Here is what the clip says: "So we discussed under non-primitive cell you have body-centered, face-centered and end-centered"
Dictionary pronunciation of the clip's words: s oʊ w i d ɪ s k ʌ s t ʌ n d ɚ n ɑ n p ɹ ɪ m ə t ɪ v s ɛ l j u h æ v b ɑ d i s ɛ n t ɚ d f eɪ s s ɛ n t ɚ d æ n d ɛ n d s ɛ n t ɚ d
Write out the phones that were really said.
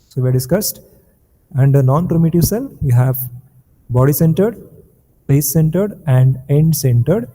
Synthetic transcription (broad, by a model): s oʊ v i d ɪ s k ʌ s t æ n d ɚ n ɑ n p ɹ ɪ m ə t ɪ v s ɛ l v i h æ v b ɑ d i s ɛ n t ɚ d p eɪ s s ɛ n t ɚ d æ n d ɛ n d s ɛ n t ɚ d